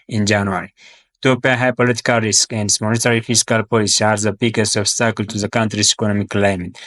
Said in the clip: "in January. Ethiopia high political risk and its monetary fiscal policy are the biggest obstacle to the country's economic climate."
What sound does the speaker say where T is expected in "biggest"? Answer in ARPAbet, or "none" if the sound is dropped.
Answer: none